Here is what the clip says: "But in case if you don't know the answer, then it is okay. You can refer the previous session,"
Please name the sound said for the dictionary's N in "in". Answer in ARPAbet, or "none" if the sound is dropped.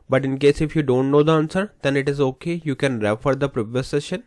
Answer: N